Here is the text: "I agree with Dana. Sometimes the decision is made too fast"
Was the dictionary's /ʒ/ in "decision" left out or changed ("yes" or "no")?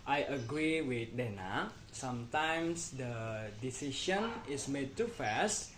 yes